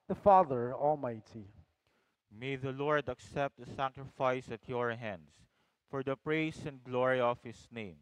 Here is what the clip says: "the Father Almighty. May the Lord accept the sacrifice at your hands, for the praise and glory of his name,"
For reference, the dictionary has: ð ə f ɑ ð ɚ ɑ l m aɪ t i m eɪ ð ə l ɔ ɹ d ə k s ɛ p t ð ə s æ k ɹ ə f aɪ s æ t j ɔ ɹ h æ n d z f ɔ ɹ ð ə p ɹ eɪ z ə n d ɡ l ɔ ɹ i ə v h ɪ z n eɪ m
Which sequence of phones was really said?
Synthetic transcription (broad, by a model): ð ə f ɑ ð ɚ ɑ l m aɪ t i m eɪ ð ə l ɔ ɹ d ə k s ɛ p t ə s æ k ɹ ə f aɪ s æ t j ɔ ɹ h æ n d s f ɔ ɹ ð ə p ɹ eɪ s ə n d ɡ l ɔ ɹ i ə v h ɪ s n eɪ m